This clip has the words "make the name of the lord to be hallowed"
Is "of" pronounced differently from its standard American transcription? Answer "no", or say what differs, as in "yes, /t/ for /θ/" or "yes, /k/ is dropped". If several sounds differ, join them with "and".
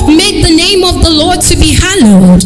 no